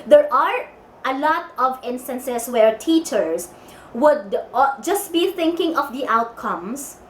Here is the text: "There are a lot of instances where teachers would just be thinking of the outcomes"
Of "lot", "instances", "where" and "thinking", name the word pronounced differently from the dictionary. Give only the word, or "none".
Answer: instances